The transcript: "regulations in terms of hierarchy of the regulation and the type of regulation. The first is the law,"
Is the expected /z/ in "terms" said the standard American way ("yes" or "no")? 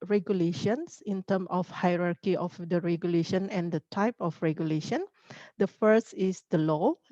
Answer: no